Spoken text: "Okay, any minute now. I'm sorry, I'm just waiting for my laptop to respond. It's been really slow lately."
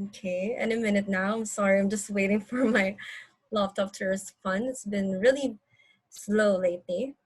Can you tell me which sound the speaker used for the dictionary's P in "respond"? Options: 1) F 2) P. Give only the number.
1